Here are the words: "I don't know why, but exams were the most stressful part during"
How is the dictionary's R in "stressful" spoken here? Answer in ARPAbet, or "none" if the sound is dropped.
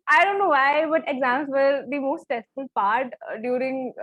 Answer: none